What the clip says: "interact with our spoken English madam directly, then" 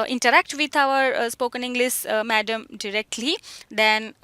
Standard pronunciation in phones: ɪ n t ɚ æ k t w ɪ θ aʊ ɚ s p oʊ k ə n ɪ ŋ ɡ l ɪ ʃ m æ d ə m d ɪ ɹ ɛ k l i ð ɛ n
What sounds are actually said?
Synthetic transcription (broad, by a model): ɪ n t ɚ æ k t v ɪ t aʊ ɚ s p oʊ k ə n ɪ ŋ ɡ l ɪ s m æ d ə m d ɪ ɹ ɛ k l i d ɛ n